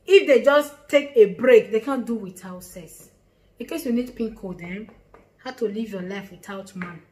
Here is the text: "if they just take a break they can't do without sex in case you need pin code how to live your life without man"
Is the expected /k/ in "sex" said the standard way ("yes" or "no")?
no